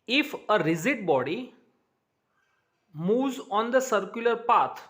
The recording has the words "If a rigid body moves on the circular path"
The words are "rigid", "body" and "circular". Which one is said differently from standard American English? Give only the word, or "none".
rigid